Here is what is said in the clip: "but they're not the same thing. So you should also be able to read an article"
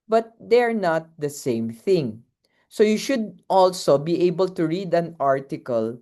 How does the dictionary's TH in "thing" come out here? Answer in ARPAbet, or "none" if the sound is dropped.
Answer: TH